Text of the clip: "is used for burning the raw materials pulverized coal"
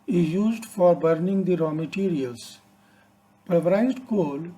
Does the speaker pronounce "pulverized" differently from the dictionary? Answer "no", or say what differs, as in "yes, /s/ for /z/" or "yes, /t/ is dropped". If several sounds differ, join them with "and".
yes, /l/ is dropped